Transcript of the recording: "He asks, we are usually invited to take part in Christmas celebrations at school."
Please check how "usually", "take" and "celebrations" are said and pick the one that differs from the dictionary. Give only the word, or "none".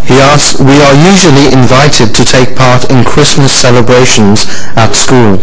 none